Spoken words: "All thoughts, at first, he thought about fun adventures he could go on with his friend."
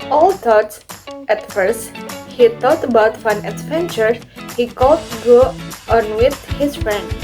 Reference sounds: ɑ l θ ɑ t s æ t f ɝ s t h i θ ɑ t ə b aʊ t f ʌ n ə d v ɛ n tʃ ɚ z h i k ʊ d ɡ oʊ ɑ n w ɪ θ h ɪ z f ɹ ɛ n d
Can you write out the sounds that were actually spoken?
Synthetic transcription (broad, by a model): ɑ l t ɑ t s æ t f ɝ s t h i t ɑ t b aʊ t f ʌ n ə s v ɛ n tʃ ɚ h i k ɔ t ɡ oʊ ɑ n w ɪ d h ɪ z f ɹ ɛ n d